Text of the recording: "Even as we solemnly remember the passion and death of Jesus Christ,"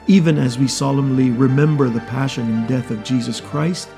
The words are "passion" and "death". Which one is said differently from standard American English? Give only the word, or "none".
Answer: none